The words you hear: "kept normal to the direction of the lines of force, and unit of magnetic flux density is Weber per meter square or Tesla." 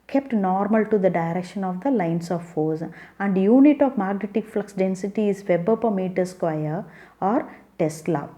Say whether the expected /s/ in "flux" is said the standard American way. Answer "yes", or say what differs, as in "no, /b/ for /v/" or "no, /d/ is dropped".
yes